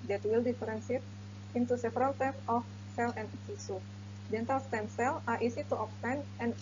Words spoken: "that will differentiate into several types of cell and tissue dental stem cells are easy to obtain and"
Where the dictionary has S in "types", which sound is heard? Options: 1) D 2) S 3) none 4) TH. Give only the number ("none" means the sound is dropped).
3